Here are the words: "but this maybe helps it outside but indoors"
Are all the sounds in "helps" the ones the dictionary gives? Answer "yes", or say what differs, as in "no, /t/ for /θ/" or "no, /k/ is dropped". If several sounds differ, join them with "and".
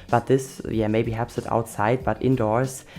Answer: no, /l/ is dropped